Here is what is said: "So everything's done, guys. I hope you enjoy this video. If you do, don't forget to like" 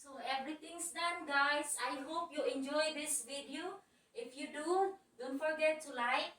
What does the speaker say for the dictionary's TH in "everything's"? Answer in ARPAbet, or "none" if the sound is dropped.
T